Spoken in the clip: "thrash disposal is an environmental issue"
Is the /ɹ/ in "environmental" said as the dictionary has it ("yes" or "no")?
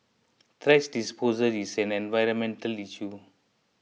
yes